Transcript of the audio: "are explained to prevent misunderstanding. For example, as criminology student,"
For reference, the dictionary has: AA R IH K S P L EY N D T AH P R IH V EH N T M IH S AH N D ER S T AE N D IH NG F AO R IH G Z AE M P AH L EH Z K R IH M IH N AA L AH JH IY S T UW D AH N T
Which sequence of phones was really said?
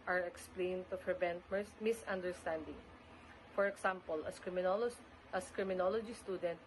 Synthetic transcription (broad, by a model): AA R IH K S P L EY N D T AH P R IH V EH N T M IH S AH N D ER S T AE N D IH NG F AO R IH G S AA M P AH L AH S K R IH M IH N AA L AH JH IY S T UW D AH N T